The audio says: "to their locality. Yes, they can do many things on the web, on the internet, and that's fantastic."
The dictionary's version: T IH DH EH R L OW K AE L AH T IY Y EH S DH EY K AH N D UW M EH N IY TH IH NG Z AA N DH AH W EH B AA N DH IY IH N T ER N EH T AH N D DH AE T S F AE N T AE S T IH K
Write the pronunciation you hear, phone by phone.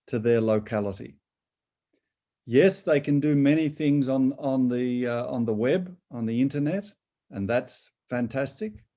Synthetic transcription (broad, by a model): T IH DH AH R L OW K AE L AH T IY Y EH S DH EY K AH N D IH M EH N IY TH IH NG Z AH N DH AH W EH B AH N DH IY IH N T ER N EH T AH N DH AE T S F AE N T AE S T IH K